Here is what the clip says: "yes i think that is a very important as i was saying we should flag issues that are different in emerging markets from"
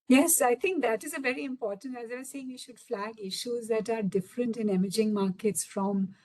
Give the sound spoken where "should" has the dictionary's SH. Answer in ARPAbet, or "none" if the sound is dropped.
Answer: SH